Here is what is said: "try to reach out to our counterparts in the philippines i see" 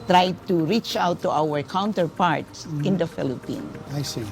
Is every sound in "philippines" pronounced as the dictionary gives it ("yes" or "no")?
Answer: no